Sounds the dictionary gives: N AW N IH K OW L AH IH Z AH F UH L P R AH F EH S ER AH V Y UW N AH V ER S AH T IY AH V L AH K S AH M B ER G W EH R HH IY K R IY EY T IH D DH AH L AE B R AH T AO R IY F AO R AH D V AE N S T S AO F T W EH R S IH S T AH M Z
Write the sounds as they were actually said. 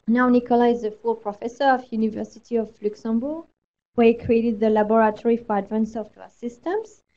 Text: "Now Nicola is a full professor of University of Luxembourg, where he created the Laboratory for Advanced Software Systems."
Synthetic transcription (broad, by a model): N AW N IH K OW L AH IH Z AH F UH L P R AH F EH S ER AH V Y UW N AH V ER S AH T IY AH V L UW K S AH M B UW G W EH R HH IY K R IY EY T IH D DH AH L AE B R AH T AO R IY F AO R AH D V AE N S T S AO F T W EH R S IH S T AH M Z